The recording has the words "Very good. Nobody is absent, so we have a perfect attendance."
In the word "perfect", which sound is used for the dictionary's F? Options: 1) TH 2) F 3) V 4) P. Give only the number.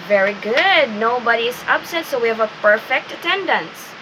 2